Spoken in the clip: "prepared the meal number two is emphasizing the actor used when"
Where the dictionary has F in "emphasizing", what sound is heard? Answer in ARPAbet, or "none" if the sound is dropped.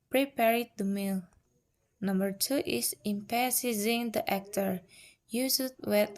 P